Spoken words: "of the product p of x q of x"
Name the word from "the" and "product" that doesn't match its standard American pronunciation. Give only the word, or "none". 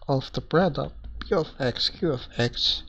product